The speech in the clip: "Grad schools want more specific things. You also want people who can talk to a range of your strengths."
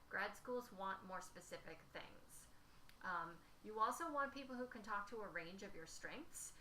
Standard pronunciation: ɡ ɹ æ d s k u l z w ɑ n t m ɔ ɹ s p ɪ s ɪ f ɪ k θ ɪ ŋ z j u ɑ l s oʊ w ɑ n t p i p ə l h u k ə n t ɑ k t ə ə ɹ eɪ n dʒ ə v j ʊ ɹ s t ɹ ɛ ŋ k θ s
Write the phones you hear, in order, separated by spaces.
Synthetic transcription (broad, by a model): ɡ ɹ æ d s k u l z w ɑ n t m ɔ ɹ s p ɪ s ɪ f ɪ k θ ɪ ŋ z j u ɑ l s oʊ w ɑ n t p i p l h u k ə n t ɑ k t ə ə ɹ eɪ n dʒ ə v j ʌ ɹ s t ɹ ɛ ŋ k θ s